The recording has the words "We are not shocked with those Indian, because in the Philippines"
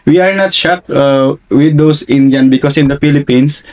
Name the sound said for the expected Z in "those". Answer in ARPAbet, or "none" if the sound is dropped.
S